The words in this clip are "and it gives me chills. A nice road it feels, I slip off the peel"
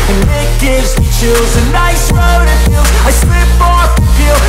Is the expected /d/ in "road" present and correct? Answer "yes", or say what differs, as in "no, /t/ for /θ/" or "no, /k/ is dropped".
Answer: yes